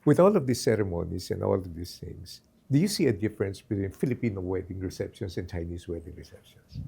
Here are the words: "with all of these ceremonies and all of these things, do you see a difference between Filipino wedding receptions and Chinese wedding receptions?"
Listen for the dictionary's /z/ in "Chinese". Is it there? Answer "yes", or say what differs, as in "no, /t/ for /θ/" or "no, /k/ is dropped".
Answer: no, /s/ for /z/